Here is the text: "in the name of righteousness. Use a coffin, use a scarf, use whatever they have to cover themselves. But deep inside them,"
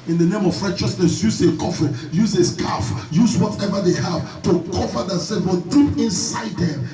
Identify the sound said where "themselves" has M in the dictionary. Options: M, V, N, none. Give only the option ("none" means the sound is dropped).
none